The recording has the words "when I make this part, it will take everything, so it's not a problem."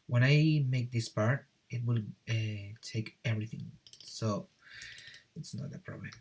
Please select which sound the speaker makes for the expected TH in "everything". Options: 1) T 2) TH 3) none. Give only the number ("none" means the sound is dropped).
2